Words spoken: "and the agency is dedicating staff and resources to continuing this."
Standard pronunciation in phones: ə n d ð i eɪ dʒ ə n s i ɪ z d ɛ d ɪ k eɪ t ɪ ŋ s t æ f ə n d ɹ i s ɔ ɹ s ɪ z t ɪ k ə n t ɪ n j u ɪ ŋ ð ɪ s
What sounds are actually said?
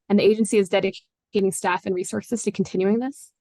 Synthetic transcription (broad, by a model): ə n ð i eɪ dʒ ə n s i ɪ z d ɛ d ɪ k eɪ t ɪ ŋ s t æ f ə n ɹ i s ɔ ɹ s ɪ z t ɪ k n t ɪ n j u ɪ ŋ ð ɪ s